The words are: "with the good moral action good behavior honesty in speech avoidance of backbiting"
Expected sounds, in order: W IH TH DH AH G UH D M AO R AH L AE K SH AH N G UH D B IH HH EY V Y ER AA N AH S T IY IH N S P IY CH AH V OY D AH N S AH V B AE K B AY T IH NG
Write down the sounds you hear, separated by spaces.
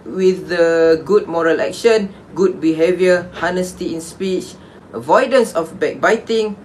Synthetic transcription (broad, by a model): W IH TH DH AH G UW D M AO R AH L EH K SH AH N G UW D B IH HH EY V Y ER AA N AH S T IY IH N S P IY CH AH V OY D AH N S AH F B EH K B AY T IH NG